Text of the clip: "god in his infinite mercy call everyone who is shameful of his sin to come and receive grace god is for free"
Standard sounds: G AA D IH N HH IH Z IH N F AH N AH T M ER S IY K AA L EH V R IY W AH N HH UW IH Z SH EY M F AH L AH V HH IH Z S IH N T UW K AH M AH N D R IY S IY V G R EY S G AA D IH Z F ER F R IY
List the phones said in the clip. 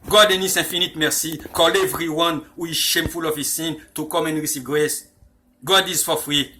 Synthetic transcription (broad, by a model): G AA D IH N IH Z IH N F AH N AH T M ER S IY K AA L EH V R IY W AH N HH UW IH Z SH EY M F AH L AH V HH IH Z S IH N T UW K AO M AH N R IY S IY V G R EY S G AA D IH Z F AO F R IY